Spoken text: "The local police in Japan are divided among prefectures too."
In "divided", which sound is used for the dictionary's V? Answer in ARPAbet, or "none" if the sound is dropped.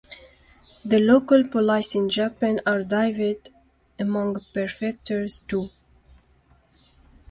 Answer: none